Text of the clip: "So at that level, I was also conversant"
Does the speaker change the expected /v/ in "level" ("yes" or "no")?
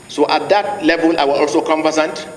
no